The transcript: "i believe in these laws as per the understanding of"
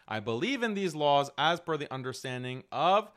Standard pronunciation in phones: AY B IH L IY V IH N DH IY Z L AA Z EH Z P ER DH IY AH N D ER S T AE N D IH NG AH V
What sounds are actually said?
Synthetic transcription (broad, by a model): AY B IH L IY V IH N DH IY Z L AA Z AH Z F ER DH IY AH N D ER S T AE N D IH NG AH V